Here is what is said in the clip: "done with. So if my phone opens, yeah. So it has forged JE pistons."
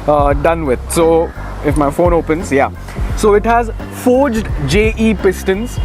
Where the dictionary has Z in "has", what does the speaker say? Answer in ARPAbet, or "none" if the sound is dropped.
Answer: Z